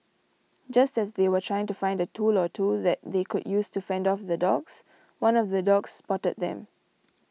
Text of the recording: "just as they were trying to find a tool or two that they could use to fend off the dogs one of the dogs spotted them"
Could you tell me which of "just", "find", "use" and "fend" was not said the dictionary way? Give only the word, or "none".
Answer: none